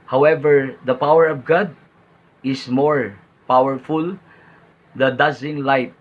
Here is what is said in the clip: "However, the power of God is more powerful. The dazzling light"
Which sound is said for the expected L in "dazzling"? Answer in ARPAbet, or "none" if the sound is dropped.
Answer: none